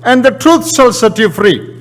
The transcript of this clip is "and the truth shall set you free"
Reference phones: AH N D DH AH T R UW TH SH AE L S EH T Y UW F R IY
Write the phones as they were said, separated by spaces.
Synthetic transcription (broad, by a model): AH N D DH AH T R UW T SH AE L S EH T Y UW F R IY